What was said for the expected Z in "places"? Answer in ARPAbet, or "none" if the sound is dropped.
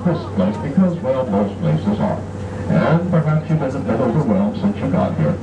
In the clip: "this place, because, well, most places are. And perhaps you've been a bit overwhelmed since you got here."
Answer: Z